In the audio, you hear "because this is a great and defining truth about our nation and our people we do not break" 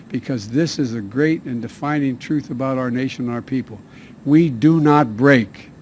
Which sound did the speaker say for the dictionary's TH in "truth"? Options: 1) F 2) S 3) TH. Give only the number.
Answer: 3